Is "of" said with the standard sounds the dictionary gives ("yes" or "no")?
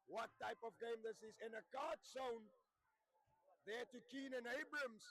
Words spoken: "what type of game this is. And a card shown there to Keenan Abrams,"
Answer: yes